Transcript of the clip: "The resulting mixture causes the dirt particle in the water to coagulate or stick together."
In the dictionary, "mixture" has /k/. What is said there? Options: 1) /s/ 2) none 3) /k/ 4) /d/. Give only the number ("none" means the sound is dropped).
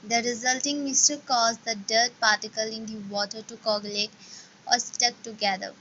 2